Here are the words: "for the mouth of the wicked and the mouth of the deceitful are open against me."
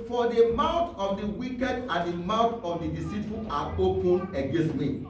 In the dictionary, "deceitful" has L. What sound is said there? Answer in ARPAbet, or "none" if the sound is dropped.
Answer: N